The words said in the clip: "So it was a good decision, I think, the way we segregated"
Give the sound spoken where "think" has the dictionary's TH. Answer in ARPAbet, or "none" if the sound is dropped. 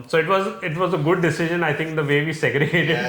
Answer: T